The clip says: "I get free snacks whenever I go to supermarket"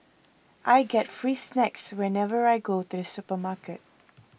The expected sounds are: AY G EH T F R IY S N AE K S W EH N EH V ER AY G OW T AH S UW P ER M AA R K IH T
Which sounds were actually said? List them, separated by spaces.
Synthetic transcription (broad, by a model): AY G EH T F R IY S N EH K S W EH N EH V ER AY G OW T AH S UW P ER M AA K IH T